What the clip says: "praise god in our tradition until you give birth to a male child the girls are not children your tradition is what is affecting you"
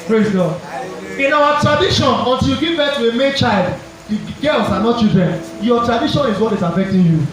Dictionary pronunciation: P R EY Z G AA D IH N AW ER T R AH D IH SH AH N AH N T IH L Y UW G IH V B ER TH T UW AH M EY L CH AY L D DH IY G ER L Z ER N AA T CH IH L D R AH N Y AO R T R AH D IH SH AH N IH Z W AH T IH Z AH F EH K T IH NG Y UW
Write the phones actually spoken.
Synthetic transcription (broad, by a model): P R EY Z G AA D IH N AW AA T R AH D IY SH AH N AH N T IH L Y UW G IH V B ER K T UW AH M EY N CH AY L D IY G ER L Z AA N AA T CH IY L D R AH N Y AO T R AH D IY SH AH N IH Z W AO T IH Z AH F EH K T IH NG Y UW